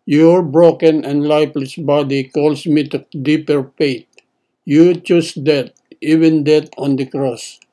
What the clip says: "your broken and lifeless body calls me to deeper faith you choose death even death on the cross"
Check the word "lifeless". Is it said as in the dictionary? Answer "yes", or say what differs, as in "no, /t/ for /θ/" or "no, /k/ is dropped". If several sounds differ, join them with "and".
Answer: no, /p/ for /f/